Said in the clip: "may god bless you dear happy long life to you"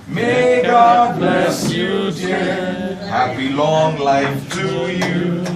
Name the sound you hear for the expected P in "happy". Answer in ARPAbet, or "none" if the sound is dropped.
B